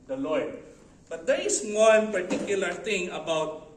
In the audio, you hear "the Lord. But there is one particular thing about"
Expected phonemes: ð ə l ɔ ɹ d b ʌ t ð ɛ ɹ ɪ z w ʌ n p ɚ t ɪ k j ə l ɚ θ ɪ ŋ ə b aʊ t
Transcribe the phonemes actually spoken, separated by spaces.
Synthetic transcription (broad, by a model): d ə l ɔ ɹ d b ʌ t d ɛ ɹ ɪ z w ʌ n p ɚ t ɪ k j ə l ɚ t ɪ ŋ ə b aʊ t